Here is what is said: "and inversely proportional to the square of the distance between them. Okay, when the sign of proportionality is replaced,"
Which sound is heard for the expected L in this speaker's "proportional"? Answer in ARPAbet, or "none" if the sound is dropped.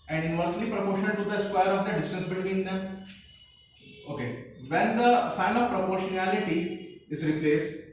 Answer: N